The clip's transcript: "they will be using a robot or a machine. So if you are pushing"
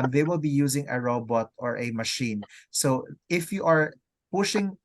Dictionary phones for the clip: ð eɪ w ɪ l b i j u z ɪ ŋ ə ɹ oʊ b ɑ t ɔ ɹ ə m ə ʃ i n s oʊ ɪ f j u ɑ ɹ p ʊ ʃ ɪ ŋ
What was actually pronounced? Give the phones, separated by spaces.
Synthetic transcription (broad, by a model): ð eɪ w ɪ l b i j u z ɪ ŋ ə ɹ oʊ b ɑ t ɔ ɹ ə m ə ʃ i n s oʊ ɪ f j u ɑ ɹ p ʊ ʃ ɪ ŋ